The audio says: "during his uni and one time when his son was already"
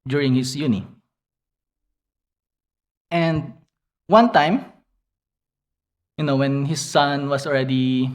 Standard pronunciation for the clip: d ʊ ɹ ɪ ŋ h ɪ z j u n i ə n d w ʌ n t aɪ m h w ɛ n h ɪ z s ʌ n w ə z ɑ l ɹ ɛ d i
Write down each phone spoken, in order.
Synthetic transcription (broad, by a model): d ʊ ɹ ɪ ŋ h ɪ s j u n i ə n d w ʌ n t aɪ m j w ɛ n h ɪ s ʌ n w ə s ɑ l ɹ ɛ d i